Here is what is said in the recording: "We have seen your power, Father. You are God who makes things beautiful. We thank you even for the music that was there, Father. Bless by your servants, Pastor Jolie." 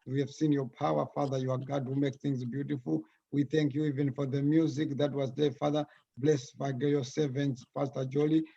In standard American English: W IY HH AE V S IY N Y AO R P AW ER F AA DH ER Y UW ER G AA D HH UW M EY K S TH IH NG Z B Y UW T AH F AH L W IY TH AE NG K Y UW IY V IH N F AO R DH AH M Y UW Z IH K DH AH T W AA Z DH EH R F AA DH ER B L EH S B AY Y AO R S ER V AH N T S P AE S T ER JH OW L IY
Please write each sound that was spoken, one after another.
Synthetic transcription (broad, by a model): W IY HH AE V S IY N Y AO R P AW ER F AA DH ER Y UW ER G AA D HH UW M EY K TH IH NG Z B Y UW T AH F AH L W IY TH AE NG K Y UW IY V IH N F AO R DH AH M Y UW Z IH K DH AH T W AA Z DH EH F AA DH ER B L EH S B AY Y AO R S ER V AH N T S F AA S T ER JH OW L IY